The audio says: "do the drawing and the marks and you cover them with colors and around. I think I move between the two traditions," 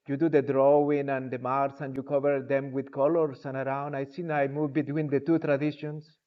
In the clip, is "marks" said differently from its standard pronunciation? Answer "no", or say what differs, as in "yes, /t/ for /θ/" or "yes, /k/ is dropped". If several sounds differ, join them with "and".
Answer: yes, /k/ is dropped